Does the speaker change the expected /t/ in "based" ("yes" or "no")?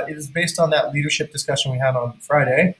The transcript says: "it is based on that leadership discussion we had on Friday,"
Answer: no